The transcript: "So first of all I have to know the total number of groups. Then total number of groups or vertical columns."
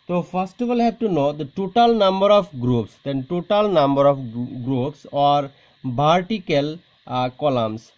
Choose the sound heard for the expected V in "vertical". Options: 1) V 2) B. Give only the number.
2